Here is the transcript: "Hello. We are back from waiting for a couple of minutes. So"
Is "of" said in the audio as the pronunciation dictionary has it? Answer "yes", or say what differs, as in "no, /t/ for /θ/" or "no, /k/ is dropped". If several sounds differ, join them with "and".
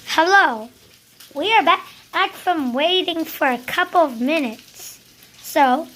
yes